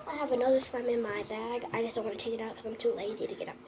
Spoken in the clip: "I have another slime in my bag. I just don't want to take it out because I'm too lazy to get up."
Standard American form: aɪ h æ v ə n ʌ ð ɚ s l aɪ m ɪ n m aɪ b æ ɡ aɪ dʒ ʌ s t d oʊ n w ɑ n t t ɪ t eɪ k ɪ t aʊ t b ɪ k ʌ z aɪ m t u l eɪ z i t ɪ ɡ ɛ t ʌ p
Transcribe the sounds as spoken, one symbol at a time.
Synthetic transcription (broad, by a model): aɪ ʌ v ə n ʌ ð ɚ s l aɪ m ɪ n m aɪ b æ ɡ aɪ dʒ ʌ s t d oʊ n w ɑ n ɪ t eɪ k ɪ t aʊ t k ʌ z aɪ m t u l eɪ z i t ɪ ɡ ɛ t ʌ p